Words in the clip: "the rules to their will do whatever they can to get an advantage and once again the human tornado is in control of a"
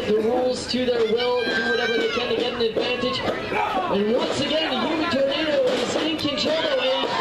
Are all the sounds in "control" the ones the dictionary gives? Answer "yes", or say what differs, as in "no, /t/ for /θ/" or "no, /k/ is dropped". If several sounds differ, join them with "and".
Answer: no, /ɹ/ is dropped